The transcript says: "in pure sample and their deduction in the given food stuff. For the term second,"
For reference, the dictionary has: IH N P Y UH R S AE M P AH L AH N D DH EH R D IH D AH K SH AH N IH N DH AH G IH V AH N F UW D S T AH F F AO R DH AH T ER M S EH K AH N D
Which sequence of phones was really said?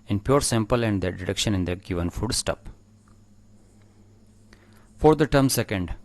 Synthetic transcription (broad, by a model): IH N P Y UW R S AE M P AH L AH N D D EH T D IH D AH K SH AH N IH N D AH G IH V AH N F UW D S T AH P F AO R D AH T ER M S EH K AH N D